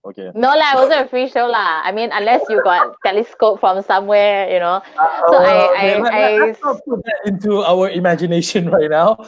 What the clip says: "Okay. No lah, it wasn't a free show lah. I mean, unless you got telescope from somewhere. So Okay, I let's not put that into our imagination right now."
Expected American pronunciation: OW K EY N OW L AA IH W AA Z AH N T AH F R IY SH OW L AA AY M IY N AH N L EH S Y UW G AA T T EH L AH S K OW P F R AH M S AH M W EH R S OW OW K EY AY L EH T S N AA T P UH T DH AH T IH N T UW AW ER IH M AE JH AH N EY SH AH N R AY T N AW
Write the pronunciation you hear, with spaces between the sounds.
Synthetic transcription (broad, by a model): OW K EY N OW L AA IH W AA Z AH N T AH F IY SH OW L AA AY M IY N AH N L EH S Y UW G AA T T EH L AH S K OW P F R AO M S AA M W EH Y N OW OW AA AY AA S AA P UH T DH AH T IH N T UW AW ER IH M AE JH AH N EY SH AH N R AY T N AW